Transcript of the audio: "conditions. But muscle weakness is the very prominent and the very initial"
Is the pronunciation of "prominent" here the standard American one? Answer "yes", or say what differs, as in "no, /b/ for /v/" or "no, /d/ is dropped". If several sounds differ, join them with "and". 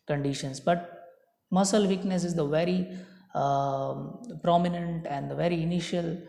yes